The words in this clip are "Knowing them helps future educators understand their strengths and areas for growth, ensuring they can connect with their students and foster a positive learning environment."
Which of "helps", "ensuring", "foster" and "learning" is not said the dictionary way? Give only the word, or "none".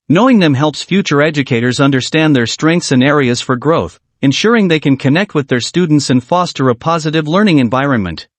none